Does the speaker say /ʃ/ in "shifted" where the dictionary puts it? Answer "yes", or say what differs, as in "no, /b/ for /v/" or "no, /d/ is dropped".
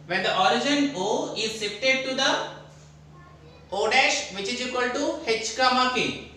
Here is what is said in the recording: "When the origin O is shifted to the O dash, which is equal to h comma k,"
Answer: no, /s/ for /ʃ/